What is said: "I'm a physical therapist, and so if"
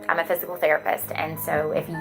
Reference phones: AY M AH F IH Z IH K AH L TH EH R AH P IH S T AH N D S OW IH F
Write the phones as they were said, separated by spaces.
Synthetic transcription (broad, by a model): AY M AH F IH Z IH K L TH EH R AH P IH S T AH N S OW IH F